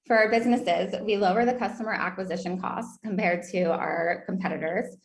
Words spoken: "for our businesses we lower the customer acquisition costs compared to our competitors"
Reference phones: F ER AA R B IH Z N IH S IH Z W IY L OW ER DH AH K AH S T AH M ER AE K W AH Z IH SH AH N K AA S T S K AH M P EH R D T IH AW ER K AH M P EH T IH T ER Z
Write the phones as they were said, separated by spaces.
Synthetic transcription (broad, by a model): F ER R B IH Z N IH S IH Z W IY L OW ER DH AH K AH S T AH M ER AE K W AH Z IH SH AH N K AA S T S K AH M P EH R D T IH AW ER K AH M P EH T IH T ER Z